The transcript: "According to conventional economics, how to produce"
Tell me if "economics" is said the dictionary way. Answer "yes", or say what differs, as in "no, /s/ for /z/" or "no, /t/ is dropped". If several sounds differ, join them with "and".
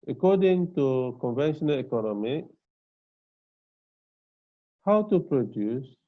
no, /s/ is dropped